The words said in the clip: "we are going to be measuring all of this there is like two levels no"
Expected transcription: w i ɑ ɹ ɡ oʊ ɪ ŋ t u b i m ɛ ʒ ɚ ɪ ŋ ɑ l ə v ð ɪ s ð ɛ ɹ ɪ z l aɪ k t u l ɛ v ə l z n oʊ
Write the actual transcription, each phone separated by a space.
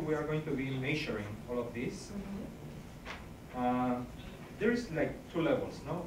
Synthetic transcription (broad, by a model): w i ɑ ɹ ɡ oʊ ɪ ŋ t u b i m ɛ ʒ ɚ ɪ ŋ ɑ l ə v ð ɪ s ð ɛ ɹ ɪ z l aɪ k t u l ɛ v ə l s n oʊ